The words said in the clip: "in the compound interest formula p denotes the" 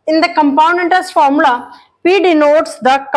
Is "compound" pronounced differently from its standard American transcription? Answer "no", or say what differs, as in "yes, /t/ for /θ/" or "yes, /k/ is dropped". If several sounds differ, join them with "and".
yes, /d/ is dropped